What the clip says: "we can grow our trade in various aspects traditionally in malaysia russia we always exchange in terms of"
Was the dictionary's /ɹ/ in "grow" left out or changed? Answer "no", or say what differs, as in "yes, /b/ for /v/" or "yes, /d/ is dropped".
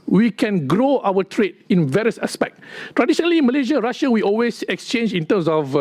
no